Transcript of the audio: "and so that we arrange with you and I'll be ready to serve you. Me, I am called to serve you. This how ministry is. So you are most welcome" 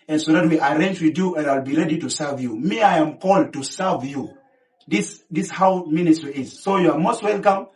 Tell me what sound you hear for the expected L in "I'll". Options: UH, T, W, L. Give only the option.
L